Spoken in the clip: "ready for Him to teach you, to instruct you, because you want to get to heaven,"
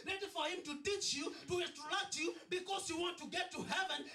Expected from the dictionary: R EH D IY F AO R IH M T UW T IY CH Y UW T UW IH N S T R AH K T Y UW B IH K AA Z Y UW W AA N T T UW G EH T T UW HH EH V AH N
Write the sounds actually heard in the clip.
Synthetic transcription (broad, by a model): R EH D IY F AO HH IH M T UW T IY CH Y UW T UW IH S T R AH T Y UW B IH K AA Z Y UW W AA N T T UW G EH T T UW HH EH V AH N